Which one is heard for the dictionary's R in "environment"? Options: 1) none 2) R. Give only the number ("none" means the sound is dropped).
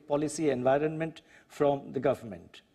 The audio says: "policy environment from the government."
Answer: 2